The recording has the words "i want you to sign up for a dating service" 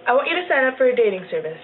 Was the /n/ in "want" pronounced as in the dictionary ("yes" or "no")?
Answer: no